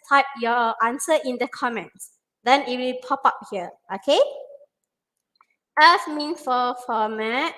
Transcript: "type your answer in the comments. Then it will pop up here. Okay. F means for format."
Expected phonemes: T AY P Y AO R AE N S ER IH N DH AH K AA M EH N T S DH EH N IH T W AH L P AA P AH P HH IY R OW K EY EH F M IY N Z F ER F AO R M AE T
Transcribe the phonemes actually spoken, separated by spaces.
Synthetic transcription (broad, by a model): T AY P Y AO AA N S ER IH N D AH K AA M EH N T S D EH N IH T W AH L P AA P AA P HH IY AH OW K EY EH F M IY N F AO F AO M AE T